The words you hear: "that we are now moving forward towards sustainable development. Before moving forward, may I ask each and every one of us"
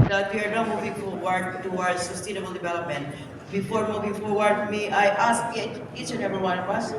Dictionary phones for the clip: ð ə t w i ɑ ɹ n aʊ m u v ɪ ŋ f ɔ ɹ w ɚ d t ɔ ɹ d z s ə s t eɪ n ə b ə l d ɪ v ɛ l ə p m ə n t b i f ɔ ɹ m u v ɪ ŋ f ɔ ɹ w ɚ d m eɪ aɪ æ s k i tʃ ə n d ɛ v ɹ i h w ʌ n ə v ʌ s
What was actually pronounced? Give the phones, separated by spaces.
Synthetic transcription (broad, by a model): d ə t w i ɑ ɹ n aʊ m u v ɪ ŋ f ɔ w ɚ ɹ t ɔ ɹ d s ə s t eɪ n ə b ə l d ɪ v ɛ l ə p m ə n t b i f ɔ ɹ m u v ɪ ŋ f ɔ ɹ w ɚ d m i aɪ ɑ s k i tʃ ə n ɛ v i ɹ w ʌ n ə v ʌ s